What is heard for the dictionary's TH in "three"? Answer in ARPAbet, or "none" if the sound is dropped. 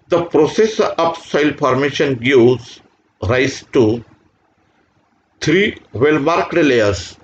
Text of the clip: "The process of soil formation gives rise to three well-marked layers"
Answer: T